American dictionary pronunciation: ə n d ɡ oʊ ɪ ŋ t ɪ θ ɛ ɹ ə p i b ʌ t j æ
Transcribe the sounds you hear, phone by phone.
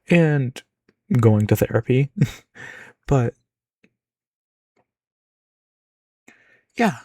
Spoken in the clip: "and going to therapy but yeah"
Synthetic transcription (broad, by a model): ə n ɡ oʊ ɪ ŋ t ɪ θ ɛ ɹ ə p i b ʌ t j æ